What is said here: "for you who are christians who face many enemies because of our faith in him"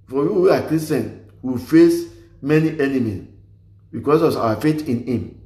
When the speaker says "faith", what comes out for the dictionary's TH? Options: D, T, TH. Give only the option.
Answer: T